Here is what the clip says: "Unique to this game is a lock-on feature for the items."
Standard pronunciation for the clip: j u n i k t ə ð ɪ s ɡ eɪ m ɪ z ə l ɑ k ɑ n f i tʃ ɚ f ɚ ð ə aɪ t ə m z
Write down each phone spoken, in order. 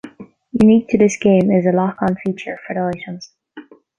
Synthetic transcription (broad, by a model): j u n i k t ə ð ɪ s ɡ eɪ m ɪ z ə l ɑ k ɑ n f i tʃ ɚ f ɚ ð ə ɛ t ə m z